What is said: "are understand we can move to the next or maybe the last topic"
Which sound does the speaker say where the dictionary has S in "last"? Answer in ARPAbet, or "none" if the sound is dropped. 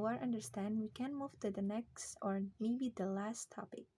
S